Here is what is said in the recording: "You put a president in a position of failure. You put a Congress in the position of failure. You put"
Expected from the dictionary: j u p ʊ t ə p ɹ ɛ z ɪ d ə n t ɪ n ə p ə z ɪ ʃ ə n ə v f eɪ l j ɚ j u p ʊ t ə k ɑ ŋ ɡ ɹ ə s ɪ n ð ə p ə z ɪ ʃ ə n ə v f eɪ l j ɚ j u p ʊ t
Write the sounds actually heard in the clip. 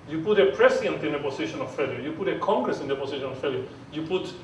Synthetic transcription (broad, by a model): j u p ʊ t ə p ɹ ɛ s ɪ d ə n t ɪ n ə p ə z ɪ ʃ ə n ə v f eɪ l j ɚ j u p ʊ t ə k ɑ ŋ ɡ ɹ ə s ɪ n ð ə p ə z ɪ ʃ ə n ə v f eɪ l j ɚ j u p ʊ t